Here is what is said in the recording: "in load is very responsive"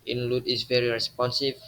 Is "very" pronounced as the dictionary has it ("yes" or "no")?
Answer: yes